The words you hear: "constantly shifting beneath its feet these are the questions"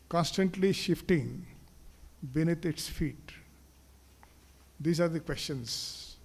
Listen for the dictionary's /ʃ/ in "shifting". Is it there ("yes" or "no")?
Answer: yes